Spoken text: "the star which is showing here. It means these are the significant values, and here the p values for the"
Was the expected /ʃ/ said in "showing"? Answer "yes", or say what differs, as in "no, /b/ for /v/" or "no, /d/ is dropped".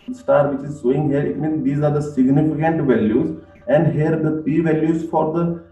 no, /s/ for /ʃ/